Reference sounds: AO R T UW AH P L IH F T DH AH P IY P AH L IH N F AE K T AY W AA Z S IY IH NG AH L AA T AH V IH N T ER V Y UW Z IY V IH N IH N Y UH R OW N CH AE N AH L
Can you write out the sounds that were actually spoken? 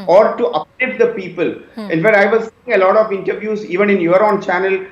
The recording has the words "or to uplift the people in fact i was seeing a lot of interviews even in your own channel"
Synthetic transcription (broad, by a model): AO R T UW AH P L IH T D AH P IY P AH L IH N F AE K T AY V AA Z S IY IH NG AH L AA T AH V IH N T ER V Y UW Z IY V IH N IH N Y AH R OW N CH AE N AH L